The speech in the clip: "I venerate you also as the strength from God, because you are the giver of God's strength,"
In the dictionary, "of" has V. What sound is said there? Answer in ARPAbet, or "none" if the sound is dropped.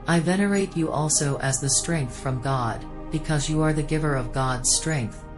V